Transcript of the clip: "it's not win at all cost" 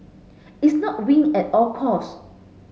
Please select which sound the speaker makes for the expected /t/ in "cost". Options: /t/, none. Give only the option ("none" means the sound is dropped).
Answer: none